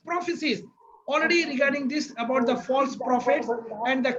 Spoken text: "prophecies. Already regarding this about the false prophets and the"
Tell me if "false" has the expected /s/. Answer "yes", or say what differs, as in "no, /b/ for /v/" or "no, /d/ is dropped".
yes